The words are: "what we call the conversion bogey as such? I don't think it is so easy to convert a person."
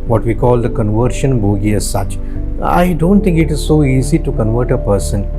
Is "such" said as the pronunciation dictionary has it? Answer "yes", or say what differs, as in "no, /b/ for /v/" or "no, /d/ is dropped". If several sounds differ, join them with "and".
yes